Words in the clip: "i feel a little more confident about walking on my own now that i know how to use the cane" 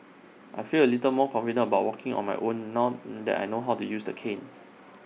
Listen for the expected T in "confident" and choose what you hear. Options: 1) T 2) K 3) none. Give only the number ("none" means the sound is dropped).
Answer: 3